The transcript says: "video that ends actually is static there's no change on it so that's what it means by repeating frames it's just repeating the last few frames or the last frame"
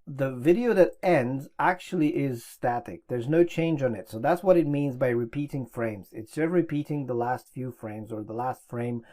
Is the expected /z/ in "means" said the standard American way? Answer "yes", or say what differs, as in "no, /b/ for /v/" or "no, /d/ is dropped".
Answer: yes